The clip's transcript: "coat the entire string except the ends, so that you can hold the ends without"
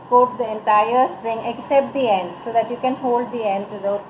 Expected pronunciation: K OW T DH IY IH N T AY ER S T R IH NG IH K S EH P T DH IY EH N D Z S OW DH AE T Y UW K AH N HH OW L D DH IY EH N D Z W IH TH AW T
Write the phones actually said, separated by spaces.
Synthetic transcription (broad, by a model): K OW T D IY IH N T AY ER S T R IH NG IH K S EH P T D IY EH N D S OW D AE T Y UW K AH N HH OW L D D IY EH N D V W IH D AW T